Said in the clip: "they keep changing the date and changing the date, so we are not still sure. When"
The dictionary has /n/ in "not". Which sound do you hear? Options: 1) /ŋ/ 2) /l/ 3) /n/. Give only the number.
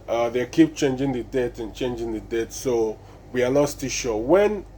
2